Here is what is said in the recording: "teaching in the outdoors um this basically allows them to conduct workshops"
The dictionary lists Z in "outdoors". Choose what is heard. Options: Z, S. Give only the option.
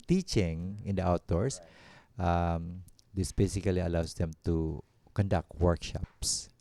S